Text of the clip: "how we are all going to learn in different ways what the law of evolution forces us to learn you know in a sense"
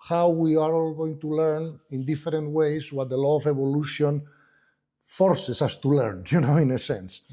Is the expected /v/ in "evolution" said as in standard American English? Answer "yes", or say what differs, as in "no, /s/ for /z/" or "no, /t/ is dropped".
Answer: no, /b/ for /v/